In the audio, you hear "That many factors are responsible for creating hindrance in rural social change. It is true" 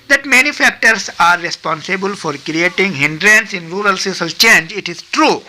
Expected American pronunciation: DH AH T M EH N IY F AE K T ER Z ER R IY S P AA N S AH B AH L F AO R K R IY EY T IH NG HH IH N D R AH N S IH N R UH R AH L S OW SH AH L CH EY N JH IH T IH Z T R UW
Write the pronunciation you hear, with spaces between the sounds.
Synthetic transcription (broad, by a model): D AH T M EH N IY F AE K T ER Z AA R IY S P AA N S AH B AH L F AO R K R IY EY T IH NG HH IH N D R AH N S IH N R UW R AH L S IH S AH L CH EY N JH IH T IH Z T R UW